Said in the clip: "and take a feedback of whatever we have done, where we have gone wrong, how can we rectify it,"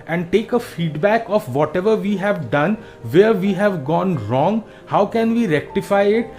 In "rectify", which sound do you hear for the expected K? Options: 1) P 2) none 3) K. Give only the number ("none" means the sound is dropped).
3